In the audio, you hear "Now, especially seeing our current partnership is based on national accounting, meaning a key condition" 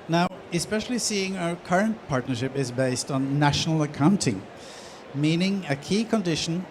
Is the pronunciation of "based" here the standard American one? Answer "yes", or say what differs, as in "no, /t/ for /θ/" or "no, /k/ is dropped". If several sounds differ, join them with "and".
yes